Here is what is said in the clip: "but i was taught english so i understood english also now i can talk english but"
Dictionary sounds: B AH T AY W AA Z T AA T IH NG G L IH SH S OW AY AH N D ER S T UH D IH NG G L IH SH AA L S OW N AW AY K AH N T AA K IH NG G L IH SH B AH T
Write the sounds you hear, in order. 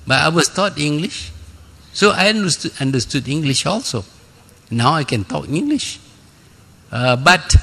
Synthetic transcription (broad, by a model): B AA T AY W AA S T AA T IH NG G L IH SH S OW AY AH N D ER S T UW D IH NG G L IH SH AA L S OW N AW AY K AH N T AA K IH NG G L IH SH B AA T